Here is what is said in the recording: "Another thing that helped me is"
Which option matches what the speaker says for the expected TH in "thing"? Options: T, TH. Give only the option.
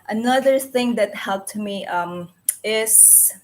TH